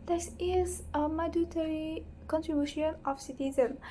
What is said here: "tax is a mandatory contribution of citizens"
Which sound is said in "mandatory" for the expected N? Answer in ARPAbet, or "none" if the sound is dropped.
none